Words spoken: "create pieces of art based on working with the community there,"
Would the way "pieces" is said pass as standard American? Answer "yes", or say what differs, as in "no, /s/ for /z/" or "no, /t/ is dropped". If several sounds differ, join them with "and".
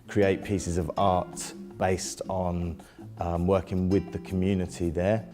yes